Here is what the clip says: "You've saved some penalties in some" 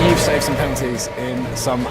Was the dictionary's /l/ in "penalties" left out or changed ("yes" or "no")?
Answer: yes